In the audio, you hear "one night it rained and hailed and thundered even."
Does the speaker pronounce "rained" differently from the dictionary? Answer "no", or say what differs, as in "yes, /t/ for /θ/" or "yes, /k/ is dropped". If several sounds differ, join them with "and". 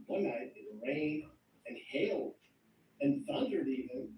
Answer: yes, /d/ is dropped